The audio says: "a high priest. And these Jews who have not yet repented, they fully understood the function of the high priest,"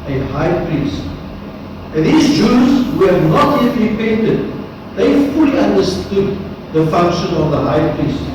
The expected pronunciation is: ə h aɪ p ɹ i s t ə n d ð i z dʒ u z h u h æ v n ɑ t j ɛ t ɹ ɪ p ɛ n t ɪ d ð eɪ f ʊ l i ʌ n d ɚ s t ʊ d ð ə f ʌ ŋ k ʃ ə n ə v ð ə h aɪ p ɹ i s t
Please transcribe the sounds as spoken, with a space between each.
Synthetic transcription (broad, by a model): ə h aɪ p ɹ i s t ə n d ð i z dʒ u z h u h æ v n ɑ t j ɛ t ɹ ɪ p ɛ n t ɪ d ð eɪ f ʊ l i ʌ n d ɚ s t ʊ d ð ə f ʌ ŋ k ʃ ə n ə v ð ə h aɪ p ɹ i s t